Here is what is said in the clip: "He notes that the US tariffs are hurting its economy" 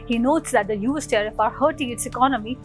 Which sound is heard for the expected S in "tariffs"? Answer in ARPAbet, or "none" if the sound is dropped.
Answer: none